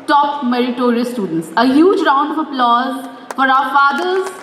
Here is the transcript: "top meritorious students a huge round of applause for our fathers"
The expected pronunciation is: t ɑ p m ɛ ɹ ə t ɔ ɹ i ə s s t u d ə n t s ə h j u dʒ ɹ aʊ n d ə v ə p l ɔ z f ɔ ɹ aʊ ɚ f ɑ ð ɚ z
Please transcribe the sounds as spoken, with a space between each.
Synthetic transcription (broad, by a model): t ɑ p m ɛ ɹ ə t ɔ ɹ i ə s s t u d ə n t s ə h j u dʒ ɹ aʊ n d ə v ə p l ɔ z f ɔ ɹ aʊ ɚ f ɑ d ɚ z